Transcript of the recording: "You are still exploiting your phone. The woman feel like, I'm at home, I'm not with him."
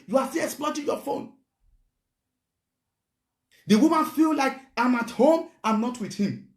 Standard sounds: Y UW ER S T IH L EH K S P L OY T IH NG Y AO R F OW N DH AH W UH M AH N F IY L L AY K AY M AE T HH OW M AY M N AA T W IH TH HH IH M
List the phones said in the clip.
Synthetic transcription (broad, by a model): Y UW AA S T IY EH K S P L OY T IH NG Y AO F OW N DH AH W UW M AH N F IY L L AY K AY M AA T HH OW M AY M N AA T W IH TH HH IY M